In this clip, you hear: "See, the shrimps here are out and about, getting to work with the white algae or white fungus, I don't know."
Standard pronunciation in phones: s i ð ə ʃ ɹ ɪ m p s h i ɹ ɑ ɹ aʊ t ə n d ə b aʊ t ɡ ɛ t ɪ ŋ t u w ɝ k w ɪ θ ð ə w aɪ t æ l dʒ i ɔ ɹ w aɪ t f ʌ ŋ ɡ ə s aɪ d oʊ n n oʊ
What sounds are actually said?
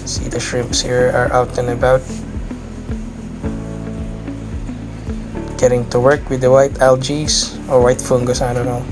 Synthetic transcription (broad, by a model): s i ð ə ʃ ɹ ɪ m p s h i ɹ ɑ ɹ aʊ t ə n ə b aʊ t ɡ ɛ t ɪ ŋ t u w ɝ k w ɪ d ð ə w aɪ t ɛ l dʒ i ɔ ɹ w aɪ t f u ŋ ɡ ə s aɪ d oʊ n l